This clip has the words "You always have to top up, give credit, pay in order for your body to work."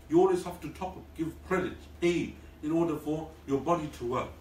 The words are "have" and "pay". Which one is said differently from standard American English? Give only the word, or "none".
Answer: have